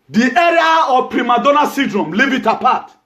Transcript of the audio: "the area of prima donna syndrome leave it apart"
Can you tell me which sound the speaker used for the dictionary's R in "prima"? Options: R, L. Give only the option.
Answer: R